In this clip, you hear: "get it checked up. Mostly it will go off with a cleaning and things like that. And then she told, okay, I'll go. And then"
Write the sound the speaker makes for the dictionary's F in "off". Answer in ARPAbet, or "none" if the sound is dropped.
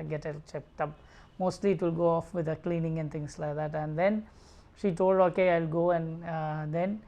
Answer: F